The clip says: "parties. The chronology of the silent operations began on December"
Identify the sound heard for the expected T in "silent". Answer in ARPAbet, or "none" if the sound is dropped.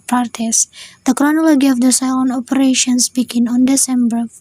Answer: none